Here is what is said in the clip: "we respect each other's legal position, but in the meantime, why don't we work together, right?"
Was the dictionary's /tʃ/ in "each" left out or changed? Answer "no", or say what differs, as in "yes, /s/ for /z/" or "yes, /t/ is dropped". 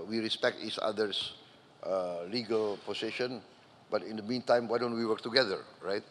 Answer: yes, /s/ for /tʃ/